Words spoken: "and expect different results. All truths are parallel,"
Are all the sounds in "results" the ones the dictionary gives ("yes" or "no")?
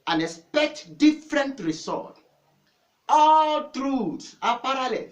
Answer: no